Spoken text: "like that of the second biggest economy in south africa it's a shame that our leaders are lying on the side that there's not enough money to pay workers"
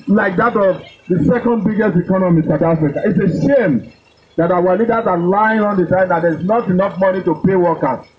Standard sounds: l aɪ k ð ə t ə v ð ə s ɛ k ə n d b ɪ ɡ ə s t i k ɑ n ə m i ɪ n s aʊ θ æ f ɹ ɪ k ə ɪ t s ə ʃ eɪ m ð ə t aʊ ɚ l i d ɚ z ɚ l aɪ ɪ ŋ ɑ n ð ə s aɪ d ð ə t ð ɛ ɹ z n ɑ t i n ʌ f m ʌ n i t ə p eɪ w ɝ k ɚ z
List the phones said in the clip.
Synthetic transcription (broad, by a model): l aɪ k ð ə t ə v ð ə s ɛ k ə n d b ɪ ɡ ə s t i k ɑ n ə m i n s aʊ t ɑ f ɹ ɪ k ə ɪ t s ə ʃ eɪ m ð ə t aʊ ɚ l i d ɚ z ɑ l aɪ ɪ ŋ ɑ n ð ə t aɪ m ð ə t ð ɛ ɹ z n ɑ t i n ʌ f m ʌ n i t ə p eɪ w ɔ k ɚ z